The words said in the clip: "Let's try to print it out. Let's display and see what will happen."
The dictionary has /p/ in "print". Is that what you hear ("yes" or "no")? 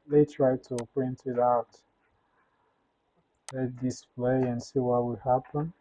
yes